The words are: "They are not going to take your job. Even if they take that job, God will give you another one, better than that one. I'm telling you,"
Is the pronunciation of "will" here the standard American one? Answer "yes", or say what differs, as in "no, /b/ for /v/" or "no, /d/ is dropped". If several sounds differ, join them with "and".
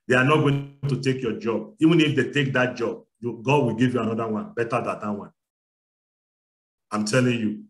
yes